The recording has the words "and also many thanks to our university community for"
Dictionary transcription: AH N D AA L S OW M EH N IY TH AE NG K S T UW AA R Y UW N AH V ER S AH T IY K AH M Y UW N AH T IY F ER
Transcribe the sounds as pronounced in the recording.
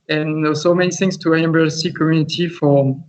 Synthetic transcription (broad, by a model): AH N S OW M EH N IY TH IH NG S T UW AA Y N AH B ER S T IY K AH M Y UW N AH T IY F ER